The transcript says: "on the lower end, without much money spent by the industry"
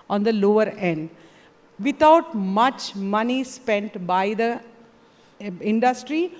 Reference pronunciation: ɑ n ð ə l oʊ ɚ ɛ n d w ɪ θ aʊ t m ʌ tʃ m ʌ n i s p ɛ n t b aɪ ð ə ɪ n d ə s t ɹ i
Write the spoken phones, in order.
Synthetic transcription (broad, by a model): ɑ n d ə l oʊ ɚ ɛ n d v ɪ t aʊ t m ʌ tʃ m ʌ n i s p ɛ n t b aɪ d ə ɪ n d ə s t ɹ i